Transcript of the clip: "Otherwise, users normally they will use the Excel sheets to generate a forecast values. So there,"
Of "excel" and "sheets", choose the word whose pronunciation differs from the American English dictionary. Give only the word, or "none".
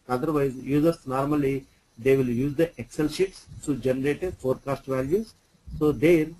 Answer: none